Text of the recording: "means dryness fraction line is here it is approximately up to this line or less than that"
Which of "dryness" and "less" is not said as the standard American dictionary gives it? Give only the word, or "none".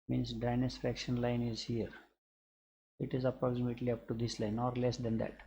dryness